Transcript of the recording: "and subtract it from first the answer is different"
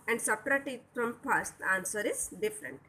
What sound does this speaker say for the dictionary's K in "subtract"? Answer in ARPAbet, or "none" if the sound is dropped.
none